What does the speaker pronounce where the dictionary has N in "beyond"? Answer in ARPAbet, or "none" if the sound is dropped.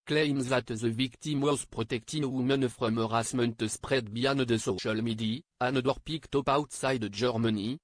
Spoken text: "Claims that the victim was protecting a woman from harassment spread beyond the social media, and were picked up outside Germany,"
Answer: N